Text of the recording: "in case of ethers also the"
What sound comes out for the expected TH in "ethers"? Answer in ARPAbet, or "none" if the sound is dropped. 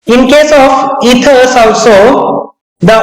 T